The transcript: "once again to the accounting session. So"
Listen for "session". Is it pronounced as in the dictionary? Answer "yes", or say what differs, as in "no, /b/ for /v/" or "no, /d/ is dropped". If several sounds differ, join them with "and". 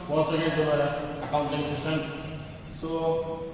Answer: no, /s/ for /ʃ/